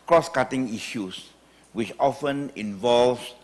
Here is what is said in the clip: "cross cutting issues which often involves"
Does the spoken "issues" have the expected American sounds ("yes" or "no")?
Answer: no